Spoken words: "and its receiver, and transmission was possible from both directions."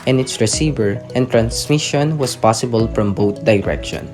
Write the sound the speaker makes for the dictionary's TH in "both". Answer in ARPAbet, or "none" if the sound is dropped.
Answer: T